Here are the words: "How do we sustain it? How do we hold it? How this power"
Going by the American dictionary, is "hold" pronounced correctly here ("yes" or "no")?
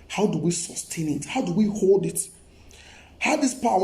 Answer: yes